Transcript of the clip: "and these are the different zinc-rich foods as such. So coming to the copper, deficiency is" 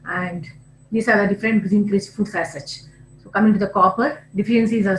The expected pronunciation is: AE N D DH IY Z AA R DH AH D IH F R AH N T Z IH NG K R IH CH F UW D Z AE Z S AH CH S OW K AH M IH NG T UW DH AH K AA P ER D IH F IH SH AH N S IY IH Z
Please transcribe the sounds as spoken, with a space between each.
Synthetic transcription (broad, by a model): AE N D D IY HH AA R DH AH D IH F R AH N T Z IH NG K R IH S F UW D S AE S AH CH S OW K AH M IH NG T UW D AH K AA P ER D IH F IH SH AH N S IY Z